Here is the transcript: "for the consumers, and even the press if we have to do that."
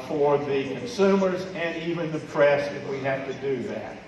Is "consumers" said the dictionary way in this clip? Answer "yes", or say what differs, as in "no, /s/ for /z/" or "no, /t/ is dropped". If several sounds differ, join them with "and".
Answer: yes